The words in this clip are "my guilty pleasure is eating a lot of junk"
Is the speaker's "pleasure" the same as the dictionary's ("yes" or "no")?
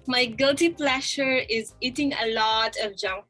no